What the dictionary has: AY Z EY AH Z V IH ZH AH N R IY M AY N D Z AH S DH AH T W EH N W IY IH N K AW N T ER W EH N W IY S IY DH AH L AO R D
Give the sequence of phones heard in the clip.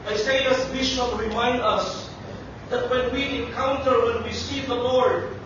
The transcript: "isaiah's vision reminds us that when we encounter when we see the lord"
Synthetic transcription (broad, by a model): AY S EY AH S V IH SH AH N R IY M AY N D AH S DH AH T W EH N W IY IH N K AW N T ER W EH N W IY S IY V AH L AO R D